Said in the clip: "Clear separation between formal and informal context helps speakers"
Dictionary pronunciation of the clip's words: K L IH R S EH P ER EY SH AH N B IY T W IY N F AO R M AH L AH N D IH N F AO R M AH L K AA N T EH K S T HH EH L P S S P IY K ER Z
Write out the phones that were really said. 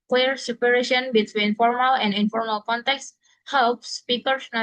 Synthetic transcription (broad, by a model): K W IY R S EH P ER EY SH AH N B IY T W IY N F AO R M AH L AH N D IH N F AO R M AH L K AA N T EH K S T HH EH L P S S P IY K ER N